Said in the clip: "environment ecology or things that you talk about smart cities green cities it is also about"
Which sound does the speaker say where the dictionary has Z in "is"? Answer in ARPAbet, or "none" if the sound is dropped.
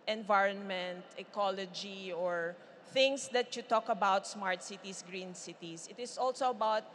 S